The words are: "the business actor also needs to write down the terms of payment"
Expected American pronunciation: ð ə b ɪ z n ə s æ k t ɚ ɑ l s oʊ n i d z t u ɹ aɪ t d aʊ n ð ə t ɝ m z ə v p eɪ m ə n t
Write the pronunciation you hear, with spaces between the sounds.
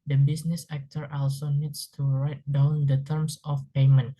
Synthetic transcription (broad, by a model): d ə b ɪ s n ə s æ k t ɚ ɑ l s oʊ n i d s t u ɹ aɪ t d aʊ n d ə t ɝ m s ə f p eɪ m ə n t